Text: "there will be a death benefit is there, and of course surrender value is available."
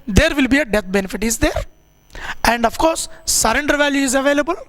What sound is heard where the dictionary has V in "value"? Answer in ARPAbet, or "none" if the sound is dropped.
V